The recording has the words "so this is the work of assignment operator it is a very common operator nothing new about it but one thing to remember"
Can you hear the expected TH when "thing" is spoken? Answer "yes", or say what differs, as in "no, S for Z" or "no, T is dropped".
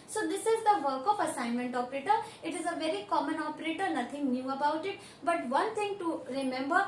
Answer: no, T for TH